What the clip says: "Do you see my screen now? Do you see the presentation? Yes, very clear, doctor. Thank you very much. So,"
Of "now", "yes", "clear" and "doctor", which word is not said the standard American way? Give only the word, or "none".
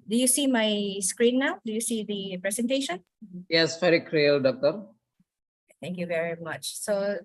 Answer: clear